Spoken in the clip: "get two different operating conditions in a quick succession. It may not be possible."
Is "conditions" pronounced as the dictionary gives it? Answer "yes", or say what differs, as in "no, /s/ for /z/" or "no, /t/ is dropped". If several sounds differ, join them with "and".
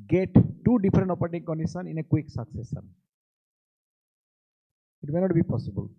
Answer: no, /z/ is dropped